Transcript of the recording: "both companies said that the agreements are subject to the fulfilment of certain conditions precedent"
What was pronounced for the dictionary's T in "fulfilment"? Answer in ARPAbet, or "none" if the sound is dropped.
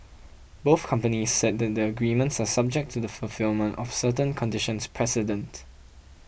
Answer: T